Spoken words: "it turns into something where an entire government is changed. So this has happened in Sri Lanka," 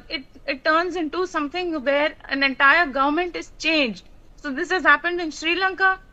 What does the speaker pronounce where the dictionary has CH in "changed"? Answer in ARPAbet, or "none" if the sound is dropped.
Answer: CH